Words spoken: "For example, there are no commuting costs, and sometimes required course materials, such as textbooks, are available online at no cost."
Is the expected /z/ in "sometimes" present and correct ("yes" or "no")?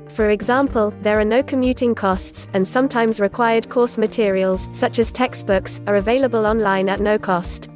yes